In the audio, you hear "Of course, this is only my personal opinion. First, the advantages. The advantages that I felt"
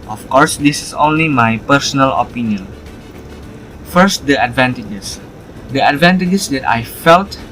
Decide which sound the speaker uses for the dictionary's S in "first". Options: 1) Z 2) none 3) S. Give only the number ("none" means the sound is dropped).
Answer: 3